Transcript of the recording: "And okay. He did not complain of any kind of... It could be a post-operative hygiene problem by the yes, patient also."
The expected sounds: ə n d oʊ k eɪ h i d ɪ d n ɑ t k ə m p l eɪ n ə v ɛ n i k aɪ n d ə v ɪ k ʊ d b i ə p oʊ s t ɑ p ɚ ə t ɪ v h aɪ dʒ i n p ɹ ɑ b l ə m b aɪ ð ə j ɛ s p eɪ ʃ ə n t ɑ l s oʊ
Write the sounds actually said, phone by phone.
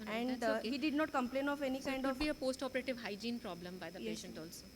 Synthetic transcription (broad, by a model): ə n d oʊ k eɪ h i d ɪ d n ɑ t k ə m p l eɪ n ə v ɛ n i k aɪ n d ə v b i ə p oʊ s t ɑ p ɚ ə t ɪ v h aɪ dʒ i n p ɹ ɑ b l ə m b aɪ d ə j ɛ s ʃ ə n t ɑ l s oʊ